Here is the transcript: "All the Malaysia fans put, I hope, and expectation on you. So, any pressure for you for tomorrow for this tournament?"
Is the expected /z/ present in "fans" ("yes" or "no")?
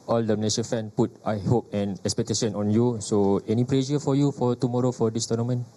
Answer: no